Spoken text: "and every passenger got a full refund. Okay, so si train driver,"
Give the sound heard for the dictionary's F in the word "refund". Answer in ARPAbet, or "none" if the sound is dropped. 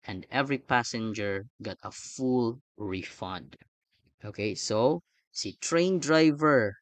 F